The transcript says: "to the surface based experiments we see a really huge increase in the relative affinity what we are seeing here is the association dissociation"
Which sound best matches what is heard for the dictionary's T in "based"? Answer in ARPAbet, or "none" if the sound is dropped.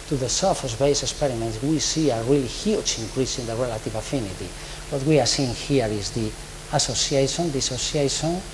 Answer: none